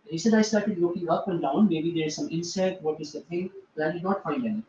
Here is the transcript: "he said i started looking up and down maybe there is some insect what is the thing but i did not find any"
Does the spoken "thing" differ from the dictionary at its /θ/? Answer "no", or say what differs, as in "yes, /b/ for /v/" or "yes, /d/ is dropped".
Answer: yes, /t/ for /θ/